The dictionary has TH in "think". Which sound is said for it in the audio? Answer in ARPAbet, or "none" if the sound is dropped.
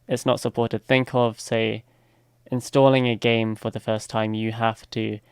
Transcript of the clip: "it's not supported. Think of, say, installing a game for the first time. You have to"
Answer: TH